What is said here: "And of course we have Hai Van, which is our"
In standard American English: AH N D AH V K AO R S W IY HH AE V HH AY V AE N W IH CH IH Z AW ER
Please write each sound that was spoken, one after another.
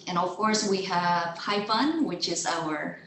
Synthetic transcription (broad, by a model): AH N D AH V K AO R S W IY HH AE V HH AY F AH N W IH CH IH Z AW ER